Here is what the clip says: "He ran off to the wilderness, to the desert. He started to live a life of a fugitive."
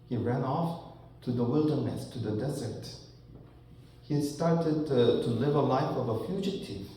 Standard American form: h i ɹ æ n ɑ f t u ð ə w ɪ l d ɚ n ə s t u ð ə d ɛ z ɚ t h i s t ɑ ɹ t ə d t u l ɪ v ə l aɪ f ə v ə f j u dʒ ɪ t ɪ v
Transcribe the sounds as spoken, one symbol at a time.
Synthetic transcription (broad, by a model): h i ɹ æ n ɑ f t u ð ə w ɪ l d ɚ n ə s t u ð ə d ɛ z ɚ t h i s t ɑ ɹ t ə d t u l ɪ v ə l aɪ f ə v ə f j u dʒ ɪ t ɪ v